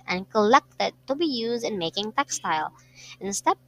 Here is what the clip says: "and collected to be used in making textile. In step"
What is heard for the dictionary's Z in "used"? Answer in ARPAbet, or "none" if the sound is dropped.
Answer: Z